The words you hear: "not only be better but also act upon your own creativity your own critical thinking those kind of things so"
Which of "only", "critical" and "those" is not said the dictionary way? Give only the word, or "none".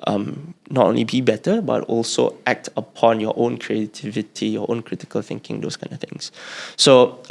those